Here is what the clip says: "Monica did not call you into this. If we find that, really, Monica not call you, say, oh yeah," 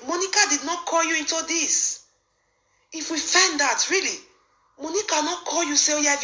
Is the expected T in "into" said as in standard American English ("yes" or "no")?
yes